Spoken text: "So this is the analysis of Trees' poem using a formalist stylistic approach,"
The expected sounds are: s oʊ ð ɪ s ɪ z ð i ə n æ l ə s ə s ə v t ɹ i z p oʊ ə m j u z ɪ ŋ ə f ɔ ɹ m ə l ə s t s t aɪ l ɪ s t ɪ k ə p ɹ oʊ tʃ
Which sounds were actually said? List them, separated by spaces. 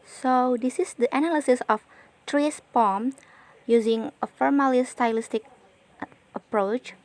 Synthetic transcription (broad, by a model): s oʊ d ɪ s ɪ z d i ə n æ l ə s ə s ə f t ɹ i s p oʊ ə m j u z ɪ ŋ ə f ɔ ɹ m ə l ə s s t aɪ l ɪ s t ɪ k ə p ɹ oʊ tʃ